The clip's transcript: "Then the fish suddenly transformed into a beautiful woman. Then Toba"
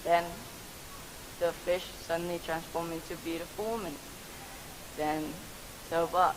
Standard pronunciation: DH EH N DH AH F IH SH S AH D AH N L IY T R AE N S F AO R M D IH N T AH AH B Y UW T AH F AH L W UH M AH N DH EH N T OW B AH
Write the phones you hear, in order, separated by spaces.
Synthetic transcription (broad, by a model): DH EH N DH AH F IH SH S AH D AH N L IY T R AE N S F AO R M IH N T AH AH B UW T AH F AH M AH N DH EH N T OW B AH